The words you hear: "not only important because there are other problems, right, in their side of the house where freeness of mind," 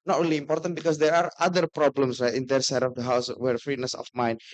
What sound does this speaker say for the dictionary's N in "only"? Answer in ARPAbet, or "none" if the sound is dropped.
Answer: none